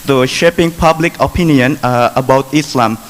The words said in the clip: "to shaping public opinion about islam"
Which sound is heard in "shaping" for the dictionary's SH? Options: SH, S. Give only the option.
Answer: SH